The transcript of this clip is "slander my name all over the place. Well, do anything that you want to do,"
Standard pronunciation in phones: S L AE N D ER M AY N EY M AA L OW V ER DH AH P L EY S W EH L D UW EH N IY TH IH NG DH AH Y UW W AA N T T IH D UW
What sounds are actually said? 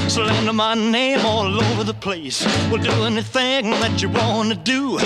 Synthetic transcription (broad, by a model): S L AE N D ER M AY N EY M AA L OW V ER DH AH P L EY S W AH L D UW EH N IY TH IH NG DH AH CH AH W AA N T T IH D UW